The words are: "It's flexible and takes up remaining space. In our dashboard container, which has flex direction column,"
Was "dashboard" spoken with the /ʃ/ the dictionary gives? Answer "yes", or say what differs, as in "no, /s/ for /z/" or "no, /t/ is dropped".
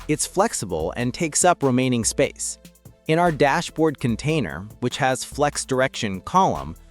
yes